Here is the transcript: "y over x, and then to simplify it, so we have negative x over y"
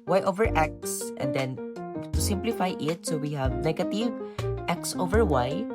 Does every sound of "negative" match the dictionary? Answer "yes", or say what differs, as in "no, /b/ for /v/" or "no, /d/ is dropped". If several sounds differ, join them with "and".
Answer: no, /l/ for /n/